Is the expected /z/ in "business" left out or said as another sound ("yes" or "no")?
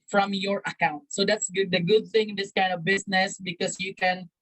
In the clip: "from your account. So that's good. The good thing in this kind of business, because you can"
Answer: yes